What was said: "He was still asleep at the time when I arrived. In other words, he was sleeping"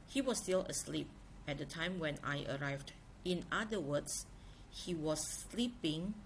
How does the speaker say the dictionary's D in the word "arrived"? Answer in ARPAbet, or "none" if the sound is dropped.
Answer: D